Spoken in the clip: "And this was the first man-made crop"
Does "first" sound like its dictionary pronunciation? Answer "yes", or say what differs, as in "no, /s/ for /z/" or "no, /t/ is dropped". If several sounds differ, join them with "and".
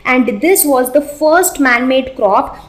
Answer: yes